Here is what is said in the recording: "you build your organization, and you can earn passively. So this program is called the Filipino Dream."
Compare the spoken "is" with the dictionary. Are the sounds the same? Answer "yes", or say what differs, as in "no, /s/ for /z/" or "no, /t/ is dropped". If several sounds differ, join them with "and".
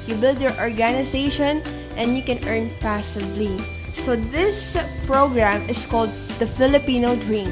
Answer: no, /s/ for /z/